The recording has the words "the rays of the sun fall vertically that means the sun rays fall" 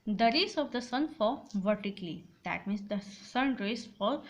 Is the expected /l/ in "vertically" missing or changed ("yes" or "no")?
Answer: no